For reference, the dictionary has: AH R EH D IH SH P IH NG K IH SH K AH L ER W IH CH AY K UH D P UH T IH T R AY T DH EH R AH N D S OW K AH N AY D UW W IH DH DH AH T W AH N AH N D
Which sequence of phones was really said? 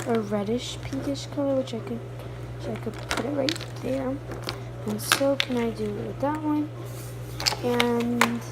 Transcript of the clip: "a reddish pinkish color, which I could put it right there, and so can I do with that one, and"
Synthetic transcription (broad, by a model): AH R EH D IH SH P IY K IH SH K AH L ER W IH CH AY K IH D P UH T IH T R AY T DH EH R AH N S OW K AH N AY D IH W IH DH DH AH T W AH N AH N